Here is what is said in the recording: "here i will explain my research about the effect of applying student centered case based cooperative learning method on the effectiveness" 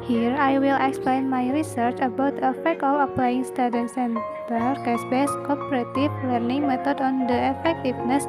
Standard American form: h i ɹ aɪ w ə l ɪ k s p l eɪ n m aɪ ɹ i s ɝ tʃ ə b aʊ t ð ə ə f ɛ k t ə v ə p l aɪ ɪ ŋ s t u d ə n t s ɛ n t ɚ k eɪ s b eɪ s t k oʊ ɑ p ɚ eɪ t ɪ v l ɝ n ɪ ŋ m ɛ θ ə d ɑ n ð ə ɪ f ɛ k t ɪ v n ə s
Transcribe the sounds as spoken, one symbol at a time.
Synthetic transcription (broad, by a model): h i ɹ aɪ w ə l ɪ k s p l eɪ n m aɪ ɹ i s ɝ tʃ ə b aʊ t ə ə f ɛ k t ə f ə p l aɪ ɪ ŋ s t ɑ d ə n s ɛ n t ɚ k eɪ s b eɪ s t k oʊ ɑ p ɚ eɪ t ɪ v l ɝ n ɪ ŋ m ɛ t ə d ɑ n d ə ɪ f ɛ k t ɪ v n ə s